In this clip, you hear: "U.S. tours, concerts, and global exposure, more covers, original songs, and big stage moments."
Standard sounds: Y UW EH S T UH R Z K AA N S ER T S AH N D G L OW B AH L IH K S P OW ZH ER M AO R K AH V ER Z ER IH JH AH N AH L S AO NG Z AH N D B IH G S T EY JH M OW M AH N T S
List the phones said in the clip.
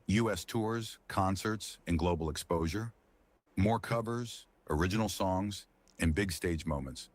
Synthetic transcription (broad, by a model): Y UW EH S T UH R Z K AA N S ER T S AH N G L OW B L IH K S P OW ZH ER M AO R K AH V ER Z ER IH JH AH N L S AO NG Z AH N B IH G S T EY JH M OW M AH N T S